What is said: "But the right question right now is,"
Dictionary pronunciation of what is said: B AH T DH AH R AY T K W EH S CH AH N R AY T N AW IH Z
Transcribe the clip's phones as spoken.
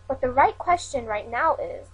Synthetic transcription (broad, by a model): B AH T DH AH R AY T K W EH S CH AH N R AY T N AW IH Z